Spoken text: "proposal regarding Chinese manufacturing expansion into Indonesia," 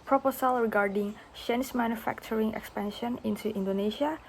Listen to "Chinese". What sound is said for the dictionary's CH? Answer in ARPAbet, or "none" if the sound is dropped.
SH